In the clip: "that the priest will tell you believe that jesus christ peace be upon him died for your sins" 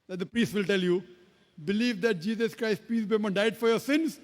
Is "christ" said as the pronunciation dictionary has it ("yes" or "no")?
yes